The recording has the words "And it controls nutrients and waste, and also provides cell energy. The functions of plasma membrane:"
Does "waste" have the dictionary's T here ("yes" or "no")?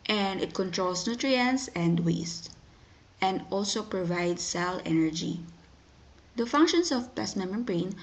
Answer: yes